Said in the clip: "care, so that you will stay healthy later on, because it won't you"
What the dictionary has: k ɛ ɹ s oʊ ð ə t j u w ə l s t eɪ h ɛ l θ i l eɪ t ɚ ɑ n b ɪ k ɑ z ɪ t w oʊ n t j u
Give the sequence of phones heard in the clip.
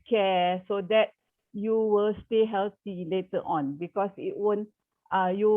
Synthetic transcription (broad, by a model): k ɛ s oʊ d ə t j u w ə l s t eɪ h ɛ l t i l eɪ t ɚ ɑ n b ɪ k ɑ s ɪ t w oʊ n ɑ j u